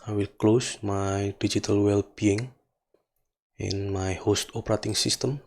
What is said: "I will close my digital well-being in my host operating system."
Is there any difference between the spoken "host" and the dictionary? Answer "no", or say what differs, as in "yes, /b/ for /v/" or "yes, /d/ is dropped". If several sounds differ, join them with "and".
no